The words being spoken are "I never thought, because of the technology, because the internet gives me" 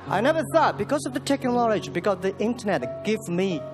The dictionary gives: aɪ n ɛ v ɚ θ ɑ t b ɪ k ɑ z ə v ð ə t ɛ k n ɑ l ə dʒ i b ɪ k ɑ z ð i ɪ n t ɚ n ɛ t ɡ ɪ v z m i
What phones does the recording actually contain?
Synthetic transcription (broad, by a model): aɪ n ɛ v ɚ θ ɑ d b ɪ k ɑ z ə v ð ə t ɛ k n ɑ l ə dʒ b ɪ k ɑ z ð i ɪ n t ɚ n ɛ t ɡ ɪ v m i